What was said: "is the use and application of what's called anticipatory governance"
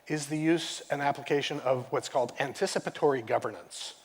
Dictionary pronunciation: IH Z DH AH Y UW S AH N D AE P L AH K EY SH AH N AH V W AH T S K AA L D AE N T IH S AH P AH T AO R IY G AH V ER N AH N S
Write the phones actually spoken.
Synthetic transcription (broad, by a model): IH Z DH AH Y UW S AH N AE P L AH K EY SH AH N AH V W AH T S K AA L D AE N T IH S AH P AH T AO R IY G AH V ER N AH N S